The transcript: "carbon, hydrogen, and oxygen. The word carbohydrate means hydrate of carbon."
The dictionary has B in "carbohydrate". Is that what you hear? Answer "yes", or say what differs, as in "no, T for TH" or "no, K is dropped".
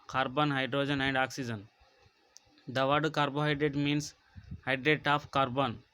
yes